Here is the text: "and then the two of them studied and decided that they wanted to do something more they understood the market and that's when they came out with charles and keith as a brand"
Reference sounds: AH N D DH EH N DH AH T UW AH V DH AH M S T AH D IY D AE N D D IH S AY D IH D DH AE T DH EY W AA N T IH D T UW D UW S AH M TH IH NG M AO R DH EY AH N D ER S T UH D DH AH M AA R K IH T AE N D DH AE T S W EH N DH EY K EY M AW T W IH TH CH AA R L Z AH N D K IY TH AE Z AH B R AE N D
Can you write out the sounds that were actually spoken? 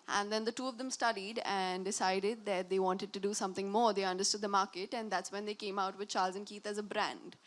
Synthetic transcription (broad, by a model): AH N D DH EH N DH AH T UW AH V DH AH M S T AH D IY D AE N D D IH S AY D IH D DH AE T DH EY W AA N T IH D T UW D UW S AH M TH IH NG M AO R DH EY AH N D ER S T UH D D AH M AA R K IH T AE N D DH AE T S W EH N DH EY K EY M AW T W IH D CH AA R L Z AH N K IY T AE Z AH B R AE N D